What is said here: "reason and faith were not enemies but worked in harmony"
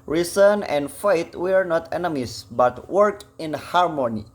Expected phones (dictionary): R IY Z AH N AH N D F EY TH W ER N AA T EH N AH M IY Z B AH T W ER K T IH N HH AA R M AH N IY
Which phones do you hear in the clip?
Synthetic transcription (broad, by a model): R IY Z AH N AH N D F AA T W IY N AA T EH N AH M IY S B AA T W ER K IH N HH AA R M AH N IY